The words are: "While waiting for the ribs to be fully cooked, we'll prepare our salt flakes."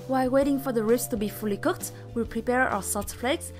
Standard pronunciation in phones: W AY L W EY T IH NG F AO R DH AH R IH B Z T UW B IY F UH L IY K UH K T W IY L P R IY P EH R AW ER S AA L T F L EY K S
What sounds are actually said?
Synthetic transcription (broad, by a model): W AY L W EY T IH NG F AO R DH AH R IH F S T UW B IY F UH L IY K UH K T W IY L P R IY P EH R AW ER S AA T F L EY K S